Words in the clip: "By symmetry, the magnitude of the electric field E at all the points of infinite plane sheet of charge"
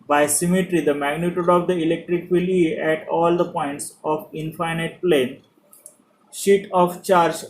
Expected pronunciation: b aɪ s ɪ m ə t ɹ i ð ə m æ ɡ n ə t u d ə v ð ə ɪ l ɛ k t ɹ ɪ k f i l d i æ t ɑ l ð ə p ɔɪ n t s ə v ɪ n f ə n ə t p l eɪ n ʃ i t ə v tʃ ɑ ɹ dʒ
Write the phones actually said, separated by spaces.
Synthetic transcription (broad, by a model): b aɪ s ɪ m ə t ɹ i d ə m æ ɡ n ə t u d ə v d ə ɪ l ɛ k t ɹ ɪ k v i l i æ t ɑ l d ə p ɔɪ n t s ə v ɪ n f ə n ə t p l eɪ n ʃ i t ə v tʃ ɑ ɹ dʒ